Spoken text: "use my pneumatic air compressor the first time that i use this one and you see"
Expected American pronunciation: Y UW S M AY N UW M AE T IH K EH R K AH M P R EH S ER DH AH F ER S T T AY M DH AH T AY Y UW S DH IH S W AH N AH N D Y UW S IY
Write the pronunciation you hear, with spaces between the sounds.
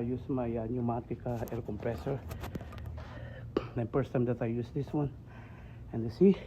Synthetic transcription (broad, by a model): Y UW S M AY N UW M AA T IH K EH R K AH M P R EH S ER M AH P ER S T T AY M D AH T AY Y UW S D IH S W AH N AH N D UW S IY